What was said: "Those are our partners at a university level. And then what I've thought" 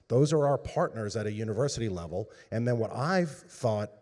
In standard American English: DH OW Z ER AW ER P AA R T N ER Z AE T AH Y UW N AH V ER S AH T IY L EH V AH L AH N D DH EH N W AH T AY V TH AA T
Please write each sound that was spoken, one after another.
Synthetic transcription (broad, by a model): DH OW Z ER AW ER P AA R T N ER Z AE T AH Y UW N AH V ER S AH T IY L EH V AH L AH N DH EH N W AH T AY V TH AA T